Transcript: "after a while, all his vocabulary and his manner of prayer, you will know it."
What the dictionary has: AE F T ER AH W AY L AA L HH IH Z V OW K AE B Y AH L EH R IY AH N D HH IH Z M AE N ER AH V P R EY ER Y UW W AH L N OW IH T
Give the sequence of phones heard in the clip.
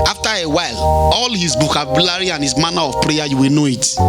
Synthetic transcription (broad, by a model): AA F T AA AH W AY L AA L HH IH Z B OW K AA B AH L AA R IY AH N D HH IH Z M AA N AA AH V P R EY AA Y UW W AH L N OW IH T